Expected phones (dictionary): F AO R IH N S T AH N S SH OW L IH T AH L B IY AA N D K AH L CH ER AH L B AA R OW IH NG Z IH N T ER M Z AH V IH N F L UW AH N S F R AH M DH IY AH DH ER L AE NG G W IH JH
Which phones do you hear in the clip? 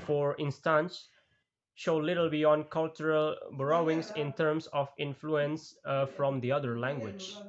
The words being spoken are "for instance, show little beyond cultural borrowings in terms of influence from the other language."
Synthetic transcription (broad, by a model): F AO R IH N S T AH N S SH OW L IH T AH L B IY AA N D K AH L CH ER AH L B R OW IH NG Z IH N T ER M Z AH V IH N F L UW AH N S F R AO M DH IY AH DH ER L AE NG G W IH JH